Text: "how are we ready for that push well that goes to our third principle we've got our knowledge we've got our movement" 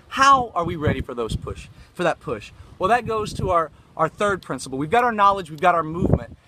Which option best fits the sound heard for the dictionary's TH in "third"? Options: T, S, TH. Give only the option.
TH